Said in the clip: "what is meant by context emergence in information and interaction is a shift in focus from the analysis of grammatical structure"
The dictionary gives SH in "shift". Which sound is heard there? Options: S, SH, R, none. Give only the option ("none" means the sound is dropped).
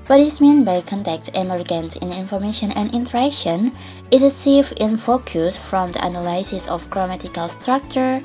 S